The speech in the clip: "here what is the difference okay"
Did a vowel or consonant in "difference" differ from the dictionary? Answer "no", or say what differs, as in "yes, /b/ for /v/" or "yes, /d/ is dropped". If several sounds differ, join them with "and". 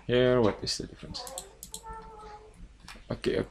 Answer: no